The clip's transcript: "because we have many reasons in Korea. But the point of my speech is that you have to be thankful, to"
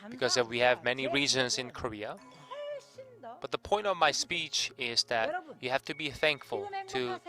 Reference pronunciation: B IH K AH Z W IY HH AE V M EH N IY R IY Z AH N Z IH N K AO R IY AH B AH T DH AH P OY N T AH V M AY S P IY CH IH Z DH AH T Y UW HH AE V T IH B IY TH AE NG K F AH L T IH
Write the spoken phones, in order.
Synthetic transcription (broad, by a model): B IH K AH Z W IY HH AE V M EH N IY R IY Z AH N Z IH N K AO R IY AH B AH T DH AH P OY N T AH V M AY S P IY CH IH Z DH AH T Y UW HH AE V T IH B IY TH AE NG K F AH L T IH